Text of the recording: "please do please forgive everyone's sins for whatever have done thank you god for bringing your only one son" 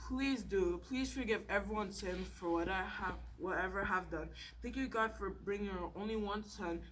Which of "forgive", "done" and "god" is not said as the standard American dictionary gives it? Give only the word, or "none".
none